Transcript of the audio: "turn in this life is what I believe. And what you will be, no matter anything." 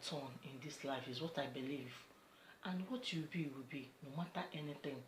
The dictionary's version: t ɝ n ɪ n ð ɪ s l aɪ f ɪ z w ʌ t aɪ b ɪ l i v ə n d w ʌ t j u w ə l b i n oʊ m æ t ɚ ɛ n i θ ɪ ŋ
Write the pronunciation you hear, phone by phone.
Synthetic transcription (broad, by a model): t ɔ n ɪ n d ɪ s l aɪ f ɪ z w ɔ t aɪ b ɪ l i v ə n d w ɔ t j u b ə w b i n oʊ m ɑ t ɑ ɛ n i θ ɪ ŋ